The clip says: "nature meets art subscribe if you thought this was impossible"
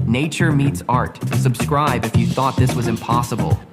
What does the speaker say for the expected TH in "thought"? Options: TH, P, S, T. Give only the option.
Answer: TH